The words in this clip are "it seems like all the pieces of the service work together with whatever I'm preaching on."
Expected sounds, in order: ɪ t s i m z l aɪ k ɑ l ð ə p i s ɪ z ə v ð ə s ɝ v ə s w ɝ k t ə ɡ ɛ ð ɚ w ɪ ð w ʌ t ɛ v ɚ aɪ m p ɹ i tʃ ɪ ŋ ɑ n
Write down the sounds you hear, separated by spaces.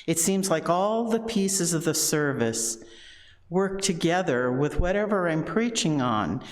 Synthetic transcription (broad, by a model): ɪ t s i m z l aɪ k ɑ l ð ə p i s ɪ z ə v ð ə s ɝ v ə s w ɝ k t ə ɡ ɛ ð ɚ w ɪ ð w ʌ t ɛ v ɚ aɪ m p ɹ i tʃ ɪ ŋ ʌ n